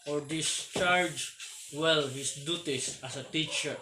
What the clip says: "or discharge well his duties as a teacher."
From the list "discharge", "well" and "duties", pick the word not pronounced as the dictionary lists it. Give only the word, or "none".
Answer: duties